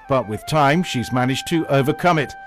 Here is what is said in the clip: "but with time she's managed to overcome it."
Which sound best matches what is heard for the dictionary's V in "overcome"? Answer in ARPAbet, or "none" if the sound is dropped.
V